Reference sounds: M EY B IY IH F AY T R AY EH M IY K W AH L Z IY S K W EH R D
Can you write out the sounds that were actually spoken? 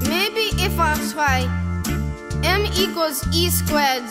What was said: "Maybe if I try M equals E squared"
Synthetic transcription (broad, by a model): M EY B IY IH F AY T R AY EH M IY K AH Z IY S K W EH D